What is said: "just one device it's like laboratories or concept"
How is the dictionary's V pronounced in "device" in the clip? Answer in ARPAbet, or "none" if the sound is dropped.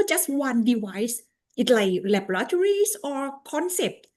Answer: W